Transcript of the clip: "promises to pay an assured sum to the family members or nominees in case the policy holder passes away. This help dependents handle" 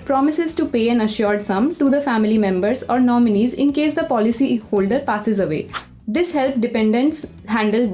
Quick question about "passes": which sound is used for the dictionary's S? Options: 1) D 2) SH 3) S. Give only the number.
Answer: 3